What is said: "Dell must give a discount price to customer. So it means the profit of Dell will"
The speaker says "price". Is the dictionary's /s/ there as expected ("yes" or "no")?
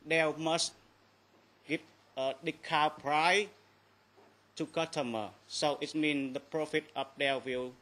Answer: no